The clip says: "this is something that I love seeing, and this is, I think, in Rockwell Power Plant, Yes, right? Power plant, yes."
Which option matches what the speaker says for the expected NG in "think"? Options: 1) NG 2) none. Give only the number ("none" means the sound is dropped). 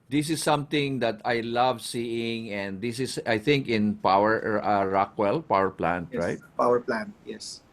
1